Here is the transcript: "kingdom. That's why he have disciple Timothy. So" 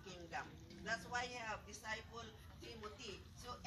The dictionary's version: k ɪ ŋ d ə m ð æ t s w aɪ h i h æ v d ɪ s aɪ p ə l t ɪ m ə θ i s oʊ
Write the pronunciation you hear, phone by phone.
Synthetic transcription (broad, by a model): k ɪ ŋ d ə m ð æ t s w aɪ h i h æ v d ɪ s aɪ p ə l t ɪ m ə t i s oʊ